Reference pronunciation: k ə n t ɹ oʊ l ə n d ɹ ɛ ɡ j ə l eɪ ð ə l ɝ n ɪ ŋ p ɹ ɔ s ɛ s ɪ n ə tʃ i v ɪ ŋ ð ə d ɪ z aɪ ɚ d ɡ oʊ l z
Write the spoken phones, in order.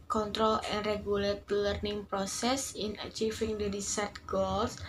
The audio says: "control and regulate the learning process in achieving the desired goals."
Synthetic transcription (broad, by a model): k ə n t ɹ oʊ l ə n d ɹ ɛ ɡ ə l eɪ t l ɝ n ɪ ŋ p ɹ ɔ s ɛ s ɪ n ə tʃ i f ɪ ŋ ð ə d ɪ s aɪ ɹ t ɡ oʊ l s